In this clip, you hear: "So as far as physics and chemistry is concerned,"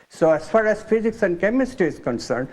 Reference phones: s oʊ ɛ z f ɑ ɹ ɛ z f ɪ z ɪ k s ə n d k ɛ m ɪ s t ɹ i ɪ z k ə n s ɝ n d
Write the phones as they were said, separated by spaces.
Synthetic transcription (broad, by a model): s oʊ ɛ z f ɑ ɹ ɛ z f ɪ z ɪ k s ə n d k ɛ m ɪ s t i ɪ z k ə n s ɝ n d